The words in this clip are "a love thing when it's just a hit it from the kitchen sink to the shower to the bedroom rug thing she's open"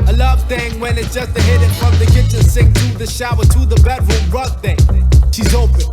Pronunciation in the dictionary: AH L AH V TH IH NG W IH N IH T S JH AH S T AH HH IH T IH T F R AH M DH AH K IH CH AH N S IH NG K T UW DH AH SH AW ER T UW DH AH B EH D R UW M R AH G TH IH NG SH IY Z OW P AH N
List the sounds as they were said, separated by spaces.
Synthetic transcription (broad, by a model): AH L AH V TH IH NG W IH N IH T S JH AH S T AH HH IH T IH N F R AH M DH AH K IH CH AH N S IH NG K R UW DH AH SH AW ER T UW DH AH B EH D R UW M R AH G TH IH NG SH IY Z OW P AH N